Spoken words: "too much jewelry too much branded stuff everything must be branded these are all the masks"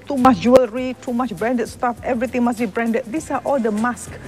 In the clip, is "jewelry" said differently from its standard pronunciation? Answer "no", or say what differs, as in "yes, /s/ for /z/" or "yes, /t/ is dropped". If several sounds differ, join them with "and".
no